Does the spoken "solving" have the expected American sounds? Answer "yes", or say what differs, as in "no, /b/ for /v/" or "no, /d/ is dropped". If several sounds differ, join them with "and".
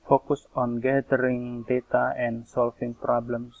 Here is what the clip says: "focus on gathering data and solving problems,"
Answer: no, /f/ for /v/